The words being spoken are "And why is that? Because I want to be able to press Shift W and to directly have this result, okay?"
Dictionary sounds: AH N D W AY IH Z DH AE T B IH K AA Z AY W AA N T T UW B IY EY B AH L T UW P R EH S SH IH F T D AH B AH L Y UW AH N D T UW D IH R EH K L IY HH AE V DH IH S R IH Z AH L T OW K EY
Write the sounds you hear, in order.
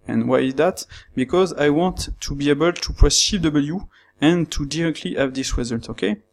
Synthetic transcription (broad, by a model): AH N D W AY IH Z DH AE T B IH K AA Z AY W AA N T T UW B IY EY B AH L T UW P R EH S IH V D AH B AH L Y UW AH N T UW D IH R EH K L IY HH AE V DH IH S W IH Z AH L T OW K EY